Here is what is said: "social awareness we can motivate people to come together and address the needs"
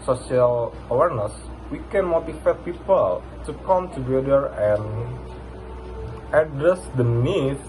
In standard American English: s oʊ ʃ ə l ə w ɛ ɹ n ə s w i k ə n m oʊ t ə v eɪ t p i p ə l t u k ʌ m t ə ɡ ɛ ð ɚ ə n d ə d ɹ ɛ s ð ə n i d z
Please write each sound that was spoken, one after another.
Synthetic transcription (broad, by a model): s oʊ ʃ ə l ə w ɛ ɹ n ə s w i k ə n m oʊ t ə f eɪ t p i p ə l t u k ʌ m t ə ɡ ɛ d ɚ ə n ə d ɹ ɛ s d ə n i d